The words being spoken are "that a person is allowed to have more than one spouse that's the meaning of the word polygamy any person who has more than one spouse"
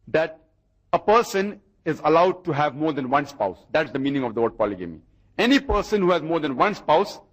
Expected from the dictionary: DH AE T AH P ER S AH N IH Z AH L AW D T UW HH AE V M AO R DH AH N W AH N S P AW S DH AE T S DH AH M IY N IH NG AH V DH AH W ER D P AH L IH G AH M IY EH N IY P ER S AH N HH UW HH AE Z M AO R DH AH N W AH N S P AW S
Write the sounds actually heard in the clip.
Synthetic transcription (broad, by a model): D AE T AH P ER S AH N IH Z AH L AW D T UW HH AE V M AO R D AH N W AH N S P AW S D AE T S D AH M IY N IH NG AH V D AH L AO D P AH L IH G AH M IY EH N IY P ER S AH N HH UW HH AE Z M AO R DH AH N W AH N S P AW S